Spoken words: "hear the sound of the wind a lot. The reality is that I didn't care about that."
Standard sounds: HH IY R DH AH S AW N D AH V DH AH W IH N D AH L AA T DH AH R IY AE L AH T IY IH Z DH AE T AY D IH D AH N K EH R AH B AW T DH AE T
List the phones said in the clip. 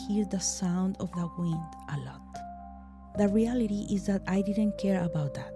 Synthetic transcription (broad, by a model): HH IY R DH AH S AW N D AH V DH AH W IH N D AH L AA T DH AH R IY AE L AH T IY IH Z DH AE T AY D IH D AH N K EH R AH B AW T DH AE T